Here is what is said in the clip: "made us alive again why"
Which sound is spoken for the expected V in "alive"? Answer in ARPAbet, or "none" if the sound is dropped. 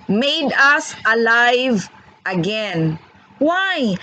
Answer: V